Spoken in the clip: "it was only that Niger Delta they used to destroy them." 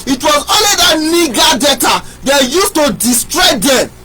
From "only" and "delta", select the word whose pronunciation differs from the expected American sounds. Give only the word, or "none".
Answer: delta